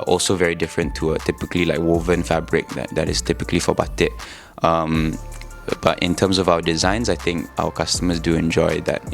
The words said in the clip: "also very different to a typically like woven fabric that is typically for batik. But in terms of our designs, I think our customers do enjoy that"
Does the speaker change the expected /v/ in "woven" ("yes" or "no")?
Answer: no